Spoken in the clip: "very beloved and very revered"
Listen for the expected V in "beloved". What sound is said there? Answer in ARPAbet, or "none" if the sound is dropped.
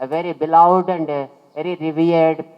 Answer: none